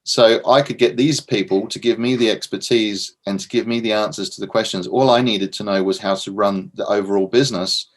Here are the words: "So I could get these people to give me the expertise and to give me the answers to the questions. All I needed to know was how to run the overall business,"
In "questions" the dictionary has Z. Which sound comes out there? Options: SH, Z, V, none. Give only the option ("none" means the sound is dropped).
Z